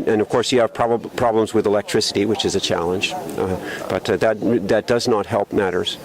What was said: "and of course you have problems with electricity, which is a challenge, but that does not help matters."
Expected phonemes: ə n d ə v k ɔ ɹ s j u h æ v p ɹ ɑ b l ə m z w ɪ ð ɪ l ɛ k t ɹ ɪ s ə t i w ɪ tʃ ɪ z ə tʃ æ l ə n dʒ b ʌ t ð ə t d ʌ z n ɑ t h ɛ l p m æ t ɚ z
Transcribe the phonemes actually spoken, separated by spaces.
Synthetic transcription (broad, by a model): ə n ə v k ɔ ɹ s j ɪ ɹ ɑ b p ɹ ɑ b l ə m z w ɪ ð ɪ l ɛ k t ɹ ɪ s ə t i w ɪ tʃ ɪ z ə tʃ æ l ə n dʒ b ʌ t ð ə t d ʌ z n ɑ t h ɛ l p m æ t ɚ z